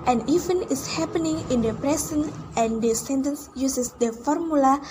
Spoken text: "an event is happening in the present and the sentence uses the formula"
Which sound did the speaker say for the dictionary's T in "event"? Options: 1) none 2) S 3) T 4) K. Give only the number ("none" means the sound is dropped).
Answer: 1